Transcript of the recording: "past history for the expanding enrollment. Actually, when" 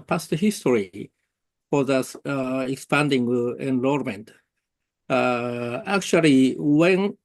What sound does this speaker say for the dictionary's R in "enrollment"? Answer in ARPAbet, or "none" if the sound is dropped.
L